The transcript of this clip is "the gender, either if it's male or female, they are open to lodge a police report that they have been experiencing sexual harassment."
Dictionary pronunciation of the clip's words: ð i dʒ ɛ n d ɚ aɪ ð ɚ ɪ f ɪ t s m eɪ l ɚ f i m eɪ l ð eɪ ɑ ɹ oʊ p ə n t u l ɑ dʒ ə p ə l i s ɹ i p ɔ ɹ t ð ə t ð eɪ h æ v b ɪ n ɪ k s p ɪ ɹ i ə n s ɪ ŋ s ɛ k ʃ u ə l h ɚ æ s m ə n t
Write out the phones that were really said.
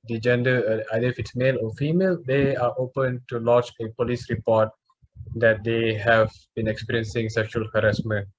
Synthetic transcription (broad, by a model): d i dʒ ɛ n d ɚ aɪ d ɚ ɪ f ɪ t s m eɪ l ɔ f i m eɪ l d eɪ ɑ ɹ oʊ p ə n t u l ɑ tʃ ə p ə l i s ɹ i p ɔ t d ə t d eɪ h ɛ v b ɪ n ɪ k s p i ɹ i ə n s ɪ ŋ s ɛ k ʃ u ə l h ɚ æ s m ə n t